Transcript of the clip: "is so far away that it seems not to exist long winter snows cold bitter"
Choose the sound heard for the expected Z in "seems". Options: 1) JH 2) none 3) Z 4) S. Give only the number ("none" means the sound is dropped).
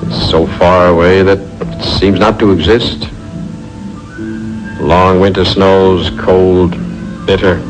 3